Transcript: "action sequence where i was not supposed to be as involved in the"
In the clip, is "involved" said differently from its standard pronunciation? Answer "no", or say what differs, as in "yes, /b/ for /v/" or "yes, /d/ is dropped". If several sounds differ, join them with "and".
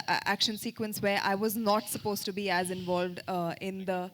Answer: no